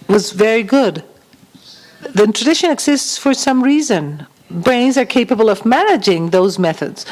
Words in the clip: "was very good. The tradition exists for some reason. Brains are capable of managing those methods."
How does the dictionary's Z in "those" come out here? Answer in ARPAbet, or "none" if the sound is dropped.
Z